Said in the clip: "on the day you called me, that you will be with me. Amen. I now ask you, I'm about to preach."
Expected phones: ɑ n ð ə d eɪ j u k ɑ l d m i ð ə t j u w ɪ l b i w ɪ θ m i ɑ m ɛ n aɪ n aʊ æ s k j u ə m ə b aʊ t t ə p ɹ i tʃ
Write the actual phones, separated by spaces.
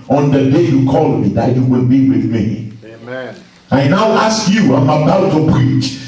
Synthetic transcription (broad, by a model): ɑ n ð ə d eɪ j u k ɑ l m i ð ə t j u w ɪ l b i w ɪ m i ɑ ɪ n n aʊ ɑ s k j u ə m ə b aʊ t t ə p ɹ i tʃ